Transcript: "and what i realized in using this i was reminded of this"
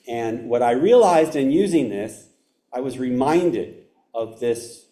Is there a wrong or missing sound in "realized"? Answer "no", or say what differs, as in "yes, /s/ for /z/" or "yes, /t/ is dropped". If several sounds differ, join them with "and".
no